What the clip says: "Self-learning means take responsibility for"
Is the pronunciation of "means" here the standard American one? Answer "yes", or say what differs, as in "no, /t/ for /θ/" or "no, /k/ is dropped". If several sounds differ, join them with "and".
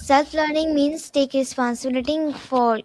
no, /s/ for /z/